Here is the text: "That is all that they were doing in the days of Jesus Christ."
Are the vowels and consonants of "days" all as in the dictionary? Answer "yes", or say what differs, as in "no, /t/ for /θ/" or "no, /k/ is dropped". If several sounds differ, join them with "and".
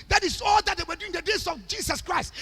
no, /s/ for /z/